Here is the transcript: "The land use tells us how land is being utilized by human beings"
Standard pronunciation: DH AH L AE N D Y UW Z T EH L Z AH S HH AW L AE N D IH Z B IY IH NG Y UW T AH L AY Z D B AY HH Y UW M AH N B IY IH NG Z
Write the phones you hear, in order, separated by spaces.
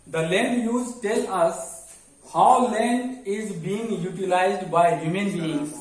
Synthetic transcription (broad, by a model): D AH L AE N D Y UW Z T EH L AH S HH AW L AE N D IH Z B IY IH NG Y UW T AH L AY Z D B AY HH Y UW M AH N B IY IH NG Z